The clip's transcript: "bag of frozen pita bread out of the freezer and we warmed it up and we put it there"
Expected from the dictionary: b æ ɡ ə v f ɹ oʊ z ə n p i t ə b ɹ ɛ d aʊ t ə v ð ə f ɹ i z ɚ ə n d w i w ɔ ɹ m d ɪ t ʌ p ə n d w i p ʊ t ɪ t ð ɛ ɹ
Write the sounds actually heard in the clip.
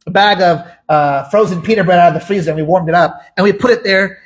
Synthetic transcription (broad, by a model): b æ ɡ ə v f ɹ oʊ z ə n p i t ə b ɹ ɛ d aʊ t ə v ð ə f ɹ i z ɚ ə n w i w ɔ ɹ m d ɪ t ʌ p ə n w i p ʊ t ɪ t ð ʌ ɹ